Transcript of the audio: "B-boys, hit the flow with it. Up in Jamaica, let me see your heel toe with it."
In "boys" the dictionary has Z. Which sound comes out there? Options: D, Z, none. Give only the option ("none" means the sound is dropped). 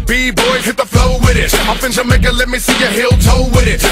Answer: none